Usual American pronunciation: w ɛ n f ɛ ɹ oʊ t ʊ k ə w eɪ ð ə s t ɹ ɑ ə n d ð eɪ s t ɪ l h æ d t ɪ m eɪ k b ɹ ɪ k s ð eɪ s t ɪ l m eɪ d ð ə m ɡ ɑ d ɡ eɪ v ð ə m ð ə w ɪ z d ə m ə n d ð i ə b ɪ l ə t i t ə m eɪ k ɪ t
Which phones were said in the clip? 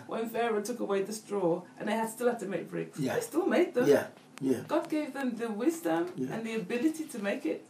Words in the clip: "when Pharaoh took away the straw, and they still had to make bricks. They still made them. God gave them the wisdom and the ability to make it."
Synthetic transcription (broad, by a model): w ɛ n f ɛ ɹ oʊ t ʊ k ə w eɪ ð ə s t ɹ ɑ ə n ð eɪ s t ɪ l h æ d t ɪ m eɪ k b ɹ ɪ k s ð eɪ s t ɪ l m eɪ d ð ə m ɡ ɑ d ɡ eɪ v ð ə m ð ə w ɪ z d ə m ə n ð i ə b ɪ l ə t i t ə m eɪ k ɪ t